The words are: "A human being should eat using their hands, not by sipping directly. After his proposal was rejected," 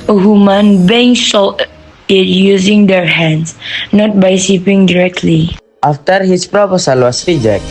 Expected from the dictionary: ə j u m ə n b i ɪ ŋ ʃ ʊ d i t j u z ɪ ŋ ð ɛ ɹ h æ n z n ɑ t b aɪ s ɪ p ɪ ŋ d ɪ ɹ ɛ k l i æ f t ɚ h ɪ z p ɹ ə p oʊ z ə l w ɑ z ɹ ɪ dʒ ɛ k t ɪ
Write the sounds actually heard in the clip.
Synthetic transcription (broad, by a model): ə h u m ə n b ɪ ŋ s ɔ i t j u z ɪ ŋ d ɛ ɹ h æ n s n ɑ t b aɪ s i p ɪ ŋ d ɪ ɹ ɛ k l i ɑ f t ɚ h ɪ s p ɹ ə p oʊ s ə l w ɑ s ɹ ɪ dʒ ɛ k